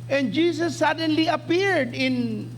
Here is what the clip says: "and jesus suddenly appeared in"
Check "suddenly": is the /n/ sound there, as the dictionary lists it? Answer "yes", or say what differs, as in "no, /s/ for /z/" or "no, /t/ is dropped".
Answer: yes